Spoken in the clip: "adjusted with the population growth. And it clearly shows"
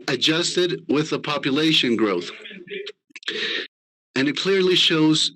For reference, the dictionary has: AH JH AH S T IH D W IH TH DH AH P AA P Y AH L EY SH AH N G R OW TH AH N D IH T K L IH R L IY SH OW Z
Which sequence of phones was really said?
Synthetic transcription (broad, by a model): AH JH AH S T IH D W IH DH AH P AA P Y AH L EY SH AH N G R OW TH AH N IH T K L IH R L IY SH OW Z